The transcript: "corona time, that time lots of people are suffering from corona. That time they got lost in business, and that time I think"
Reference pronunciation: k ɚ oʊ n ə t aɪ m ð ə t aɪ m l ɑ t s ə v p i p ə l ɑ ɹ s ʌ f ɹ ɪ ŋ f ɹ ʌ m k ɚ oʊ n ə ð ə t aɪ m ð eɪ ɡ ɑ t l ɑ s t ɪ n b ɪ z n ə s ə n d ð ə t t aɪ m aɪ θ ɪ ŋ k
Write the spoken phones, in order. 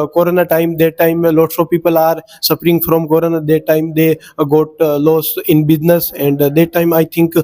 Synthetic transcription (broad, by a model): k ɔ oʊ n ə t aɪ m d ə t aɪ m l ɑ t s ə p i p ə l ɑ ɹ s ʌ p ɹ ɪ ŋ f ɹ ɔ m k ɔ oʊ n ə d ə t aɪ m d eɪ ɡ ɑ t l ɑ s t ɪ n b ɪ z n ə s ə n d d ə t t aɪ m aɪ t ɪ ŋ k